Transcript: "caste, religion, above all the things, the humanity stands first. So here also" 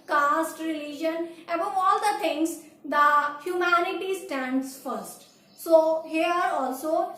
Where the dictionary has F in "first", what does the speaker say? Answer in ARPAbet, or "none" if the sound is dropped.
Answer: F